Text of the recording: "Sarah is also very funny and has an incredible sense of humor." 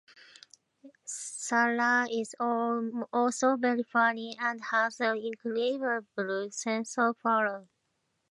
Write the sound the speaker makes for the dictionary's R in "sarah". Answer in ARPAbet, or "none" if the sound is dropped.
L